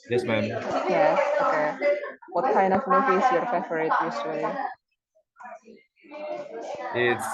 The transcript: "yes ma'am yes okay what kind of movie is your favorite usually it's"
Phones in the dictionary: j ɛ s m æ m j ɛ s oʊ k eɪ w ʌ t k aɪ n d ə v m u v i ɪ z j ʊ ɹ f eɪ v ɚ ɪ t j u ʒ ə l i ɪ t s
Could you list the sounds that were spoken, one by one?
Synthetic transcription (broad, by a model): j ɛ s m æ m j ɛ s oʊ k eɪ w ʌ t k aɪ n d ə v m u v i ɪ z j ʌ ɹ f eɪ f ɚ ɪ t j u s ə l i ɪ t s